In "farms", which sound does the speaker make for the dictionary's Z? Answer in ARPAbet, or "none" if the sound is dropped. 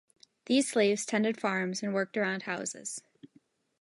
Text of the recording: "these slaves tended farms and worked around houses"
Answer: Z